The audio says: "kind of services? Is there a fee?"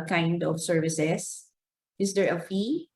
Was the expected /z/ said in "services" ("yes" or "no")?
no